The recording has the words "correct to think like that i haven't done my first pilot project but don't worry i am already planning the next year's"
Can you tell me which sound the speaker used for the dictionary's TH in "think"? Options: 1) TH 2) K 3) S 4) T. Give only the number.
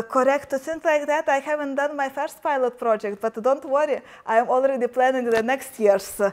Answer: 3